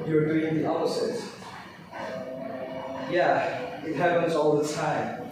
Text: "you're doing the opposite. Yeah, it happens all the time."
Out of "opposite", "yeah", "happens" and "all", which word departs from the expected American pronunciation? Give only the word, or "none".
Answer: opposite